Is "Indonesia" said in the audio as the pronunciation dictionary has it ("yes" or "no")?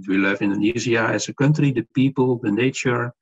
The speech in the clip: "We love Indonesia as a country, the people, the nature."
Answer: no